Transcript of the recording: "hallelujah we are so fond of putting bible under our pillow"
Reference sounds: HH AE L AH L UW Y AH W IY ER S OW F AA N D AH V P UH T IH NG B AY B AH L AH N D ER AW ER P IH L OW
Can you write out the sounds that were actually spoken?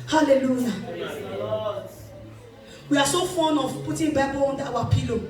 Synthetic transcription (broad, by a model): HH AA L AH L UW Y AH W IY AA S OW F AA N AH V P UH T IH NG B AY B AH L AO N D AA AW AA P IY L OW